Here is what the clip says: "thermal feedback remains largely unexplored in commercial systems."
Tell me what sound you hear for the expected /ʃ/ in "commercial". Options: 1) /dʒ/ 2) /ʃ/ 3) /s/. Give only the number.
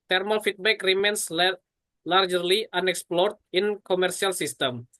3